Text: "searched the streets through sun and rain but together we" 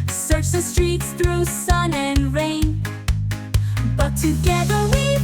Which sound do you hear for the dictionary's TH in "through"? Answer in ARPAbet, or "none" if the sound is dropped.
TH